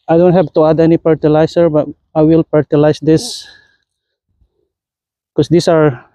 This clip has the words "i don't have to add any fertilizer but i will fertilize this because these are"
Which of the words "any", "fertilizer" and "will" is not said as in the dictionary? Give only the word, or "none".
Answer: fertilizer